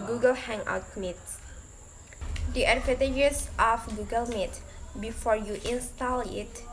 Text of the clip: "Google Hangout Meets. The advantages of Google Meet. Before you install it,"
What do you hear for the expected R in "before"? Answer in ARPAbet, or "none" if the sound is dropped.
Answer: R